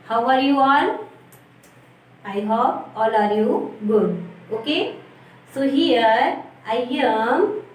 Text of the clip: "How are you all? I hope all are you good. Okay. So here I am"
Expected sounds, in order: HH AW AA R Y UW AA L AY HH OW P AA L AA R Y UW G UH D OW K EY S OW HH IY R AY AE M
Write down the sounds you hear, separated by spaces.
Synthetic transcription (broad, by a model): HH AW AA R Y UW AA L AY HH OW AA L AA R Y UW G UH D OW K EY S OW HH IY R AY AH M